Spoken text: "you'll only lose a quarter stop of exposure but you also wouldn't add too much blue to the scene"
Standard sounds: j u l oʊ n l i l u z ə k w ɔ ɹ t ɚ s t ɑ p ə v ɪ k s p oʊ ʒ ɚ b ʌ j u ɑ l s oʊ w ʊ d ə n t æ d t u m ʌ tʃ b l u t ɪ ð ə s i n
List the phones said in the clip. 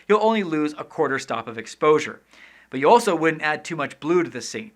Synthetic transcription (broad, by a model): j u l oʊ n l i l u z ə k w ɔ ɹ t ɚ s t ɑ p ə v ɪ k s p oʊ ʒ ɚ b ʌ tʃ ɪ ɑ l s oʊ w ʊ d n t æ d t u m ʌ tʃ b l u t ɪ ð ə s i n